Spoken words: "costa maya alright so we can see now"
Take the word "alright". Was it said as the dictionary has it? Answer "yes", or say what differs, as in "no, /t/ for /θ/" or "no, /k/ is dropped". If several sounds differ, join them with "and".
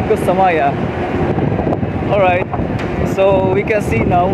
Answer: yes